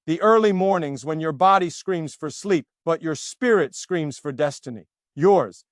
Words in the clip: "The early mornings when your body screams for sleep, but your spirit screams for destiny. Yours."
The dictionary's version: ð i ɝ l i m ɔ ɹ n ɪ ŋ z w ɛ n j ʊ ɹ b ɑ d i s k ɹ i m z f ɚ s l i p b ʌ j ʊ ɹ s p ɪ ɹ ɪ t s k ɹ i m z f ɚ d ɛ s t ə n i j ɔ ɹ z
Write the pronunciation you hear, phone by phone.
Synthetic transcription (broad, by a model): ð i ɝ l i m ɔ ɹ n ɪ ŋ z w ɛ n j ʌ ɹ b ɑ d i s k ɹ i m z f ɚ s l i p b ʌ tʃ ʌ ɹ s p ɪ ɹ ɪ t s k ɹ i m z f ɚ d ɛ s t ə n i j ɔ ɹ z